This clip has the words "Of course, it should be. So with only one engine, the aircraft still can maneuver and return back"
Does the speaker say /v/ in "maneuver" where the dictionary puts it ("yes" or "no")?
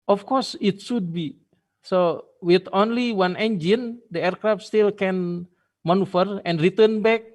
no